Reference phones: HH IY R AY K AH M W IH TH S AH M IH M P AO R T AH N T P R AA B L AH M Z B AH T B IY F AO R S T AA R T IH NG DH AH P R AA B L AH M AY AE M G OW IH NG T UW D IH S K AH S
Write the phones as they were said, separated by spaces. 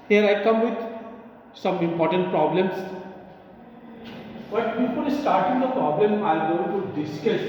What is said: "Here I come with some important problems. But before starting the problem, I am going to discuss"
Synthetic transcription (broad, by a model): HH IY R AY K AH M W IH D S AH M IH M P AO R T AH N T P R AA B L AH M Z B AH T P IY P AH L S T AA R T IH NG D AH P R AA B L AH M AY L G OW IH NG T UW D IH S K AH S